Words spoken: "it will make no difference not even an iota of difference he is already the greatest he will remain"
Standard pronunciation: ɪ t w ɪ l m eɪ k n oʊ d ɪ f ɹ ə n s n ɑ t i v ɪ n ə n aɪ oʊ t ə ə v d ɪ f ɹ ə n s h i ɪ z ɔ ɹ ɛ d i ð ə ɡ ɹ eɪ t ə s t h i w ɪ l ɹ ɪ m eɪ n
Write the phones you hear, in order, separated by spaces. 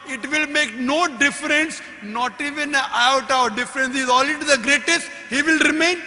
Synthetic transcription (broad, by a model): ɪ t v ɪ l m eɪ k n oʊ d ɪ f ɹ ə n s n ɑ t i v ɪ n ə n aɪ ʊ t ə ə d d ɪ f ɹ ə n s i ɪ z ɔ l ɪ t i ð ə ɡ ɹ eɪ t ə s t h i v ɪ l ɹ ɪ m eɪ n